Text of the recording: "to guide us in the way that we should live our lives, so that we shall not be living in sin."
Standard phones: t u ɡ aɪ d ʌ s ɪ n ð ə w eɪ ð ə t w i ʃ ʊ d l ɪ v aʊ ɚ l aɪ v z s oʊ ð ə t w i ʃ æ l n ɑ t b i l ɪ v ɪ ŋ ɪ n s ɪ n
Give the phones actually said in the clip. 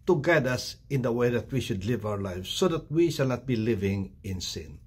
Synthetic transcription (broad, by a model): t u ɡ aɪ d ʌ s ɪ n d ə w eɪ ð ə t w i ʃ ʊ d l ɪ v aʊ ɚ l aɪ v s oʊ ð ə t w i ʃ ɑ l n ɑ t b i l ɪ v ɪ ŋ ɪ n s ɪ n